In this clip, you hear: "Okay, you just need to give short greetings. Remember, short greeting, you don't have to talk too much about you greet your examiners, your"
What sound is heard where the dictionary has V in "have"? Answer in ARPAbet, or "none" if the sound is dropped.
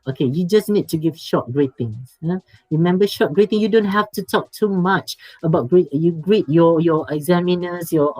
F